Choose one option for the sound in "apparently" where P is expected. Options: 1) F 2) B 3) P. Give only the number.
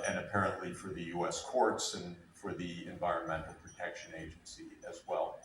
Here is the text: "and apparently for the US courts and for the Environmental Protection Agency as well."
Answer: 3